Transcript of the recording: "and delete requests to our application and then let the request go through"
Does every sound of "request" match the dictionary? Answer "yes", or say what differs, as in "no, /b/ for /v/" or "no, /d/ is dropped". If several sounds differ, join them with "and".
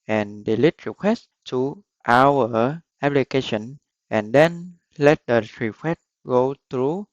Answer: no, /s/ is dropped